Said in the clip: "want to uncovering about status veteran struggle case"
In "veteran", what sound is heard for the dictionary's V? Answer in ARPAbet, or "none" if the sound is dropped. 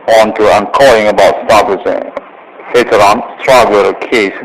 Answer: F